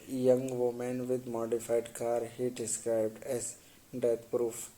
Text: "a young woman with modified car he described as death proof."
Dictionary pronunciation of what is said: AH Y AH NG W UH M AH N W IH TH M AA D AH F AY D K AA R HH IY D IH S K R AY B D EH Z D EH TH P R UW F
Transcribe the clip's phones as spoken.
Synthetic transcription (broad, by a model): Y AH NG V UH M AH N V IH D M AA D AH F AY D K AA R HH IY D IH S K R AY B D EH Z D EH T P R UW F